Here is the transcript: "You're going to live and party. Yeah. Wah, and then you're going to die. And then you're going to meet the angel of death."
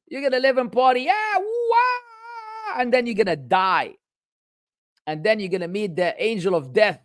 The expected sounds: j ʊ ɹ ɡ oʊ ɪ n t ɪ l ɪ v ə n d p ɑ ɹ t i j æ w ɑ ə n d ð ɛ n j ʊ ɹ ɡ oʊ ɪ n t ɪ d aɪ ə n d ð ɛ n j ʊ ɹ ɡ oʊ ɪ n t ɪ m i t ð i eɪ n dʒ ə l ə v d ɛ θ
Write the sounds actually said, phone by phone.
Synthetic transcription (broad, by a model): j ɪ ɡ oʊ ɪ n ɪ l ɪ v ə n p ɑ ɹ t i j æ w ɑ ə n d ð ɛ n j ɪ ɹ ɡ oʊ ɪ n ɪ d aɪ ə n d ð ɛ n j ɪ ɡ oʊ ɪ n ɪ m i t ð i eɪ n dʒ ə l ə v d ɛ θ